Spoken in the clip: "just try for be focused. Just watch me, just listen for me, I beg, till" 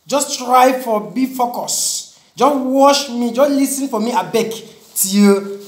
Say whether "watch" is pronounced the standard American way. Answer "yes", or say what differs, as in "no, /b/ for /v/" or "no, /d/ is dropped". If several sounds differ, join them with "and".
no, /ʃ/ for /tʃ/